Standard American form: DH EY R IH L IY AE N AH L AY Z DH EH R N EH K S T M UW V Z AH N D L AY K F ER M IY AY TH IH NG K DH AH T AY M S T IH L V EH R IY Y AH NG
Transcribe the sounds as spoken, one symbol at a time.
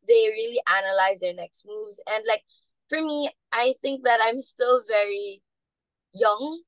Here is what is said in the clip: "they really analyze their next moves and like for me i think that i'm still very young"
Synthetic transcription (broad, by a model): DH EY R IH L IY AE N AH L AY Z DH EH R N EH K S T M UW V Z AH N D L AY K F ER M IY AY TH IH NG K DH AH T AY M S T IH L V EH R IY Y AH NG